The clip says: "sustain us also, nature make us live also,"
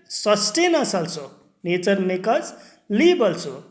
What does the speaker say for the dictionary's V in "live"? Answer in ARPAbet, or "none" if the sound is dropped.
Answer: B